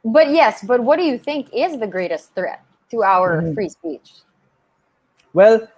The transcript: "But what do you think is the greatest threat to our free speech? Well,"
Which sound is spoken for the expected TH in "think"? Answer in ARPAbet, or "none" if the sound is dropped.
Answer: TH